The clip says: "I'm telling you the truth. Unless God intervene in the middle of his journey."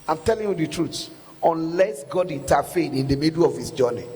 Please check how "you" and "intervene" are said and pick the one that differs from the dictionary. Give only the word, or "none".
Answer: intervene